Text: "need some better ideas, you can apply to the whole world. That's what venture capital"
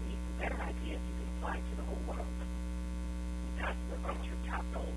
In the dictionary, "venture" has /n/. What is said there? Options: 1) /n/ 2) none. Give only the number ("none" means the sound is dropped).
2